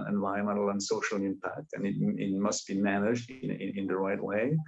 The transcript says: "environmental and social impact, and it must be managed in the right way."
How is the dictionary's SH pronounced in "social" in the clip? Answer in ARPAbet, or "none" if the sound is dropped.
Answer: SH